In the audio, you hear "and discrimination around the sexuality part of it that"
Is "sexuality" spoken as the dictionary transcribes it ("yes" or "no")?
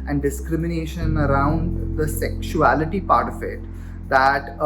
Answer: yes